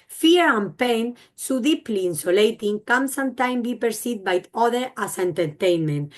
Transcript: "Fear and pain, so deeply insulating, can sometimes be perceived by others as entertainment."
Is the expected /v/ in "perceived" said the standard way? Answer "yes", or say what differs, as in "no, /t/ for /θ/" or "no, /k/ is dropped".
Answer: no, /v/ is dropped